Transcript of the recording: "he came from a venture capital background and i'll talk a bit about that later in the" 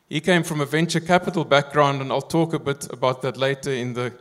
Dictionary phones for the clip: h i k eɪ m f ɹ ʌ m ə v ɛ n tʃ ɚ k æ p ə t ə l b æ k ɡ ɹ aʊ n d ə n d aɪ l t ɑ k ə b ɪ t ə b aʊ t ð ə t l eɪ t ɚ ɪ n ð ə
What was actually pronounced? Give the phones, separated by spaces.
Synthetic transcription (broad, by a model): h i k eɪ m f ɹ ʌ m ə v ɛ n tʃ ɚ k æ p ə t ə l b æ k ɡ ɹ aʊ n d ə n aɪ l t ɑ k ə b ɪ t ə b aʊ t ð ə t l eɪ t ɚ ɪ n ð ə